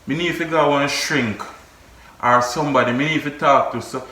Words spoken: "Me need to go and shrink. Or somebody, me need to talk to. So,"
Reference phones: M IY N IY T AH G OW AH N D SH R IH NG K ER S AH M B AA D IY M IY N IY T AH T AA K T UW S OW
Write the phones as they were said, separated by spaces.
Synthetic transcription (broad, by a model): M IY N IY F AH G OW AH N SH R IH NG K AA S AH M B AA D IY M IY N IY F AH T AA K T UW S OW